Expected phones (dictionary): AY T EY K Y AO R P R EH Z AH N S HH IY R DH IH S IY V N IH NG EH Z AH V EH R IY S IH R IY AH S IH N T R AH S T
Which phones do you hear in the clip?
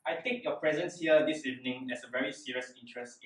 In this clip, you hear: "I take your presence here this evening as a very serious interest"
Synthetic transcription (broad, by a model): AY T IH K Y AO P R EH Z AH N S HH IY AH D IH S IY V N IH NG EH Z AH V EH R IY S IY R IY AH S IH N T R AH S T